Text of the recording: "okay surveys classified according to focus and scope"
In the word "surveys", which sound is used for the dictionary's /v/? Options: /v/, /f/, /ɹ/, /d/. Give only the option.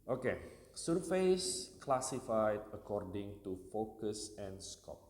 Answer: /f/